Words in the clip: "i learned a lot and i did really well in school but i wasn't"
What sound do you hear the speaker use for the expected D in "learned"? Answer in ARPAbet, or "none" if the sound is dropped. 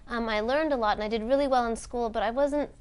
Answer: D